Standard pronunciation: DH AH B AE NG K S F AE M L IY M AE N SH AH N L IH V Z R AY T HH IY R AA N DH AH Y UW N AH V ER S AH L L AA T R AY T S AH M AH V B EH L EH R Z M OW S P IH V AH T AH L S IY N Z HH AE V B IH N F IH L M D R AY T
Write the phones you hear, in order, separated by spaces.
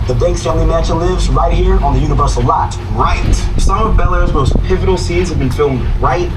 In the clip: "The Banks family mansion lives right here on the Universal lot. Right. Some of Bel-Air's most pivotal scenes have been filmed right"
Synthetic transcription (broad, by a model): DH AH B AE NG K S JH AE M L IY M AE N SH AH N L IH V Z R AY T HH IY R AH N DH AH Y UW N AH V ER S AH L L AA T R AY T S AH M AH V B EH L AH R Z M OW S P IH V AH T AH L S IY N Z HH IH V B IH N F IH L M D R AY T